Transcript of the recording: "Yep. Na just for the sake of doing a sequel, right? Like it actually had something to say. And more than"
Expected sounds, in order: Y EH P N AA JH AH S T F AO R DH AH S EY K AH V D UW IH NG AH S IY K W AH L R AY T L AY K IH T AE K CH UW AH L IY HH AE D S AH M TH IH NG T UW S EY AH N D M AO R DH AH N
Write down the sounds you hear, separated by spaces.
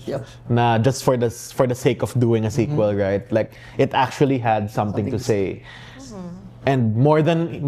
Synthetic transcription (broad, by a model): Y N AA JH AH S T F AO R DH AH S EY K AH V D UW IH NG AH S IY K W AH L R AY T L AY K IH T AE K CH UW AH L IY HH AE D S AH M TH IH NG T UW S EY AH N D M AO R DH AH N